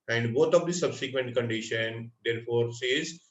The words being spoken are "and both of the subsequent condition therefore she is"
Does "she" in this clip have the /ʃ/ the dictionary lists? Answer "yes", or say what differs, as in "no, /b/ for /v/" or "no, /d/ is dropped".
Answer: no, /s/ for /ʃ/